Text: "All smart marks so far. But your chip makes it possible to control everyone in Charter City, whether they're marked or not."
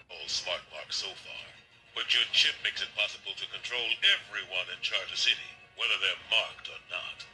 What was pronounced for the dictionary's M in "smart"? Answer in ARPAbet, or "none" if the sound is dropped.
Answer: M